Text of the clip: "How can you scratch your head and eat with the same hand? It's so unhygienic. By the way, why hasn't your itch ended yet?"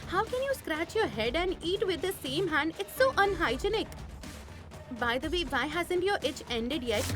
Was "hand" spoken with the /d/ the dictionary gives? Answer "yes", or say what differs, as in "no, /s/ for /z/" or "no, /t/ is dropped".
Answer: yes